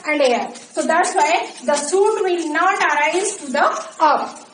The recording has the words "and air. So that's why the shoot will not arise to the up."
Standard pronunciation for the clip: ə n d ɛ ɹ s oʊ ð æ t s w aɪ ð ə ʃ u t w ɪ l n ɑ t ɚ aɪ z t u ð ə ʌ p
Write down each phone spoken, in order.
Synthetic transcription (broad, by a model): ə n d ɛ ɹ s oʊ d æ t s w aɪ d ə s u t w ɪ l n ɑ t ɚ aɪ z t u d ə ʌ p